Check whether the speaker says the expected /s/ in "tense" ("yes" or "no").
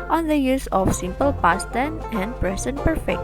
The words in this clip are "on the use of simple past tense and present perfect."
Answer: no